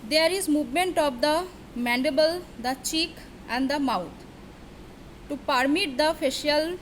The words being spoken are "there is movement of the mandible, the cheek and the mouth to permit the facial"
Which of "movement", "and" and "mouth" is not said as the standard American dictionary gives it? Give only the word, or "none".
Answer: mouth